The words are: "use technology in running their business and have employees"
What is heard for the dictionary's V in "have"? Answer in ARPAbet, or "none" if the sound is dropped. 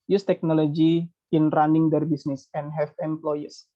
F